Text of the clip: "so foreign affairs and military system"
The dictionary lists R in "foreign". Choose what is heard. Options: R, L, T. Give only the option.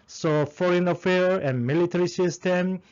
R